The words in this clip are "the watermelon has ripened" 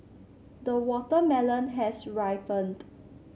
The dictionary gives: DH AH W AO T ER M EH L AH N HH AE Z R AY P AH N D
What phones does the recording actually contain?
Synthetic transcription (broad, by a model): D AH W AO T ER M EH L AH N HH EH S R AY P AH N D